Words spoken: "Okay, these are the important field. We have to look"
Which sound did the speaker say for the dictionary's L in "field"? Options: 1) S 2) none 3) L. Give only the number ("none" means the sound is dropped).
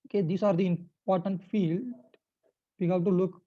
3